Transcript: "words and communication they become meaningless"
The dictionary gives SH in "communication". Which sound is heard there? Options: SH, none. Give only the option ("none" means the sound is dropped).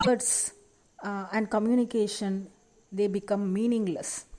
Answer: SH